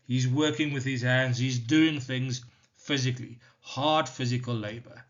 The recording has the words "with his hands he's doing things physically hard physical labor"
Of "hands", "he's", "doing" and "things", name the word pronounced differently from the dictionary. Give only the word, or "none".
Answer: none